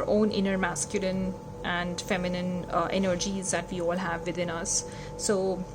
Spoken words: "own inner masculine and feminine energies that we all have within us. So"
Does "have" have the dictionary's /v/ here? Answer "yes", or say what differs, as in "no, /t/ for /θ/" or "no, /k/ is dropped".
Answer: yes